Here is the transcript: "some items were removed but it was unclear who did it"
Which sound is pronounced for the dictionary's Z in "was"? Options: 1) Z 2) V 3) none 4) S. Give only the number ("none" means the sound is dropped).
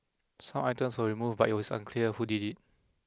4